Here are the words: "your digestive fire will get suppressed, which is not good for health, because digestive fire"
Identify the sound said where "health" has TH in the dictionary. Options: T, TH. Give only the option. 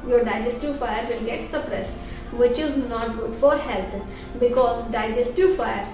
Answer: T